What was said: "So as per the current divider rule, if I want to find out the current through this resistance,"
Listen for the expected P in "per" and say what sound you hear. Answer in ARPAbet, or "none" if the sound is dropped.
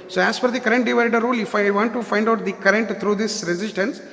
F